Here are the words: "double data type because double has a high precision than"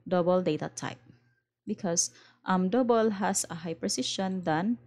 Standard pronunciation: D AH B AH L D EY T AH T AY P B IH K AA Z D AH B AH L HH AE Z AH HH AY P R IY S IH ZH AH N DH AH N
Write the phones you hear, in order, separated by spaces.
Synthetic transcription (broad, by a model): D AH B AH L D EY T AH T AY P B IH K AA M D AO B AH L HH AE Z AH HH AY P R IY S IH SH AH N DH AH N